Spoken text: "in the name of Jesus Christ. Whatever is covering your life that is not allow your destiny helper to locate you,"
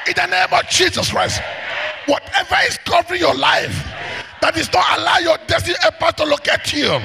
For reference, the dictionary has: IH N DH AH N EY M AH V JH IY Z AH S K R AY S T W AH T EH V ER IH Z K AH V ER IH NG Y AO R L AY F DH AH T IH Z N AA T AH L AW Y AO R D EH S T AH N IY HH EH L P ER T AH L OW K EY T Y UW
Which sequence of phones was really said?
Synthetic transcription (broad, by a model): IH N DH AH N EY M AH V JH IY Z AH S K R AY S T W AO T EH V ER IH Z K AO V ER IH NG Y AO L AY F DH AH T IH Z N AA T AH L AW Y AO D EH S T AH N IY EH P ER T AH L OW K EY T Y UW